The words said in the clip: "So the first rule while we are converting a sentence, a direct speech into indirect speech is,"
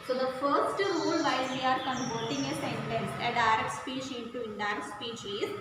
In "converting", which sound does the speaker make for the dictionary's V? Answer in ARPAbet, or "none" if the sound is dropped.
P